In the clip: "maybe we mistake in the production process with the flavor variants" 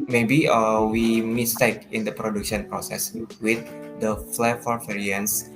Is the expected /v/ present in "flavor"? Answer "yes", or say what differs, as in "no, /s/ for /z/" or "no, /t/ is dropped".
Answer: no, /f/ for /v/